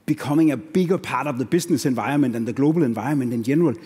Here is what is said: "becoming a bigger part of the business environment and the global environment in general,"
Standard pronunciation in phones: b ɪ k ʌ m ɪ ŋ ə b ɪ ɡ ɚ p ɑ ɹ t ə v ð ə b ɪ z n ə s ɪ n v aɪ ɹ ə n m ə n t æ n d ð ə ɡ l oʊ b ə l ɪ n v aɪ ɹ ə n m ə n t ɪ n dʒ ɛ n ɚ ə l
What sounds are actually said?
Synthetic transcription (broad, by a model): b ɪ k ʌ m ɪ ŋ ə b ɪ ɡ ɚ p ɑ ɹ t ə v ð ə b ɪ s n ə s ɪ n v aɪ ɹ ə n m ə n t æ n ð ə ɡ l oʊ b ə l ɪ n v aɪ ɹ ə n m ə n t ɪ n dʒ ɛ n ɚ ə l